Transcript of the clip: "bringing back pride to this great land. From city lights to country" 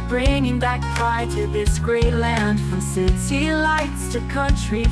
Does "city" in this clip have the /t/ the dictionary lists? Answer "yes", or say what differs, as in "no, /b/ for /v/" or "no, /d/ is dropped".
no, /s/ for /t/